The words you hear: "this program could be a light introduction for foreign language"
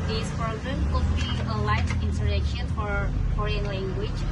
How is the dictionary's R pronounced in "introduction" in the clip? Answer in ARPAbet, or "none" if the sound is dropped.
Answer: none